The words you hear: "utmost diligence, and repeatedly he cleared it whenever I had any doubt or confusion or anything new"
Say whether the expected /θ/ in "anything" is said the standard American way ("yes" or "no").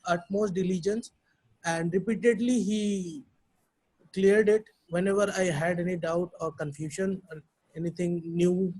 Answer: no